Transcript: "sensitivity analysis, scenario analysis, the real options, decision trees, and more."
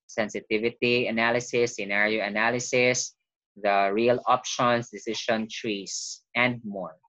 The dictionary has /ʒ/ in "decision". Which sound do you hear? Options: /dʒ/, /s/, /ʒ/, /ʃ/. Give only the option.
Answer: /ʃ/